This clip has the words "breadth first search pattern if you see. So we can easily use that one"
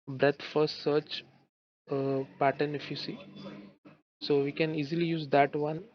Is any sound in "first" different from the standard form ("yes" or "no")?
yes